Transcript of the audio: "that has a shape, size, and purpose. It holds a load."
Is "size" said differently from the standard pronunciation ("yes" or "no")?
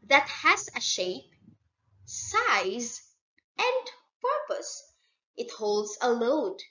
no